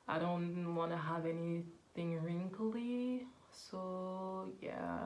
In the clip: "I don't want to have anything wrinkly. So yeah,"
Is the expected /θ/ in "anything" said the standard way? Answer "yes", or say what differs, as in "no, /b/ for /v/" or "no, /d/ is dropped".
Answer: yes